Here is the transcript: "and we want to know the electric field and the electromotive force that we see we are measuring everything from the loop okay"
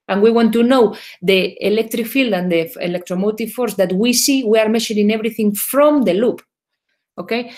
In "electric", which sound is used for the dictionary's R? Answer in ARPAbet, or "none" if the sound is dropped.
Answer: R